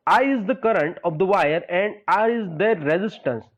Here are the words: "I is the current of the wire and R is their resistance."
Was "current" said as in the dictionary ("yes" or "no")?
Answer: yes